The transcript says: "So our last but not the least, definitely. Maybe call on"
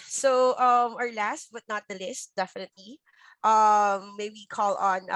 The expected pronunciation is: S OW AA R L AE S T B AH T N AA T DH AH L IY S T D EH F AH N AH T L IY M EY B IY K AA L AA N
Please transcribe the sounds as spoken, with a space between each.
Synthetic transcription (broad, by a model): S OW AA R L AE S T B AH T N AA T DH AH L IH S T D EH F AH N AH T L IY M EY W IY K AA L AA N